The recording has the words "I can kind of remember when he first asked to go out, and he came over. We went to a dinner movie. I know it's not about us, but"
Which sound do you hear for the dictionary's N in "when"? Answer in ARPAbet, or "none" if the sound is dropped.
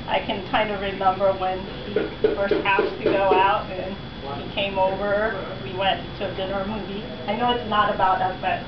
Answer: N